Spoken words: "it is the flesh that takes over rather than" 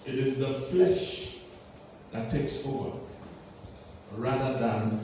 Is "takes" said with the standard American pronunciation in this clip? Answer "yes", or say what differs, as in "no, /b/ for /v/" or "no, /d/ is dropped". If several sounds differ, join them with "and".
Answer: yes